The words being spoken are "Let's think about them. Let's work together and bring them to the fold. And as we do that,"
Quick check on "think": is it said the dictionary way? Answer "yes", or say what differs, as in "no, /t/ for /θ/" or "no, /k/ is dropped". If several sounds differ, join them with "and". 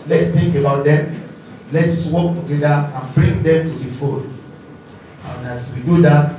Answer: no, /t/ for /θ/